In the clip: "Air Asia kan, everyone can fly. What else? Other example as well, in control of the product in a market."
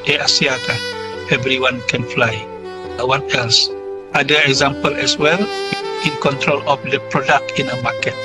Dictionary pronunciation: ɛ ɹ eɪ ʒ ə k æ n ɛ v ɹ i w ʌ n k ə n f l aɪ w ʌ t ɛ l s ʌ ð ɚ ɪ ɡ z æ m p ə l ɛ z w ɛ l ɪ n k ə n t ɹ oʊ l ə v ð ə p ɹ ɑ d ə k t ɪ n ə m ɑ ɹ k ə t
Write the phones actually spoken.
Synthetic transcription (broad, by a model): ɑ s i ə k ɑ ɛ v ɹ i w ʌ n k ə n f l aɪ w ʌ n ɛ l s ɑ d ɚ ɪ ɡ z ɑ m p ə l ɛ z w ɛ l ɪ n k ə n t ɹ oʊ l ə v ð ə p ɹ ɑ d ə k t ɪ n ə m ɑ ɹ k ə t